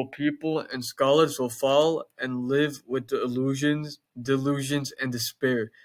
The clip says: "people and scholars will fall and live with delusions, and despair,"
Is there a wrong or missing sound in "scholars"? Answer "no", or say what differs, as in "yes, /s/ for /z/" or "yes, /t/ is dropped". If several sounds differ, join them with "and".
no